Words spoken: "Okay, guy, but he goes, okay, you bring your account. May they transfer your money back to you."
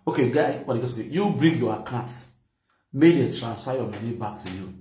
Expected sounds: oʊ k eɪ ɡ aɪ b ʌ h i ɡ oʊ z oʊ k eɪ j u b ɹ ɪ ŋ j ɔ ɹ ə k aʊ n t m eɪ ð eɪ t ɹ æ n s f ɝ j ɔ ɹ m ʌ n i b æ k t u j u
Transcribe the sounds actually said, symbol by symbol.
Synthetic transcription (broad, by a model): oʊ k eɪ ɡ aɪ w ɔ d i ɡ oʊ s oʊ k eɪ j u b ɹ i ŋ j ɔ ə k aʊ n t m eɪ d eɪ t ɹ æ n s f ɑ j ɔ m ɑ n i b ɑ k t u j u